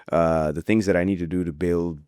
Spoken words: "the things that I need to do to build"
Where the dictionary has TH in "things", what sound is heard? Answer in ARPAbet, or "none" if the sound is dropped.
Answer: TH